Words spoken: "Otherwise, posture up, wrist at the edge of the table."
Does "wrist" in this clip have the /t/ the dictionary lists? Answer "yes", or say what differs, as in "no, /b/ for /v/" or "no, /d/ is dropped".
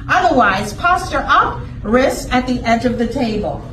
no, /t/ is dropped